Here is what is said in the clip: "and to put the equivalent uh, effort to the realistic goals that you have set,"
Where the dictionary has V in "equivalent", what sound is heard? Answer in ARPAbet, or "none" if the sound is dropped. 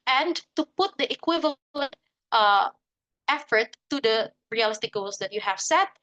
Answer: V